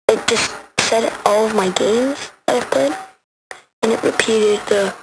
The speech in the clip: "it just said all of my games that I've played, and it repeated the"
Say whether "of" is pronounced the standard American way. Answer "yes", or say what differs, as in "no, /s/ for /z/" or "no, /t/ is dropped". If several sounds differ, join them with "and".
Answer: yes